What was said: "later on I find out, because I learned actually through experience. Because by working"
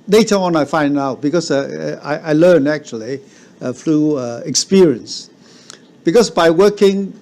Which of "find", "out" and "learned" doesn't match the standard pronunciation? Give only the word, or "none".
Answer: learned